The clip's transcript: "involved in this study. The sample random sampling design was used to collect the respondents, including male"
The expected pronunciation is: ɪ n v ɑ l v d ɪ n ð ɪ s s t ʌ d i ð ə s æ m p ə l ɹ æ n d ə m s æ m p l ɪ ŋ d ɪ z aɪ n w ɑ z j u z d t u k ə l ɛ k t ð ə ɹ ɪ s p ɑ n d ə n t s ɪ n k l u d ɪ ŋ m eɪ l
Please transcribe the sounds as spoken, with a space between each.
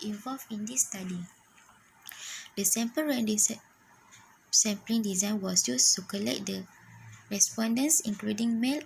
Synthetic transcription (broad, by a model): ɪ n v ɑ l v ɪ n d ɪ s s t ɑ d i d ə s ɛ m p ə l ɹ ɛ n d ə s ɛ m p l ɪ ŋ d ɪ z aɪ n w ɑ s j u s t u k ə l ɛ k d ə ɹ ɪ s p ɑ n d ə n s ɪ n k l u d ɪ ŋ m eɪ l